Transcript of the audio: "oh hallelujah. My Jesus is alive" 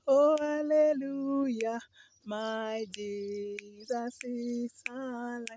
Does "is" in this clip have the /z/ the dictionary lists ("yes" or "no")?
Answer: no